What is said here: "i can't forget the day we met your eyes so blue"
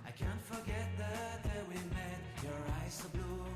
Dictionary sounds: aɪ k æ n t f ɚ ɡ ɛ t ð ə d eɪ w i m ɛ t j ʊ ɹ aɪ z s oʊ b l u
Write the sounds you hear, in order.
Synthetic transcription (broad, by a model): aɪ k æ n t f ɚ ɡ ɛ t ð ə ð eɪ w i m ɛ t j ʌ ɹ aɪ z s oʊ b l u